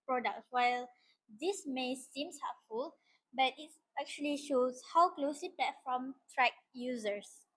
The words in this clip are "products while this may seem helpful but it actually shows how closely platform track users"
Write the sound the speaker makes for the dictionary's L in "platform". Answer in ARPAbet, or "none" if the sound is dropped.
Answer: none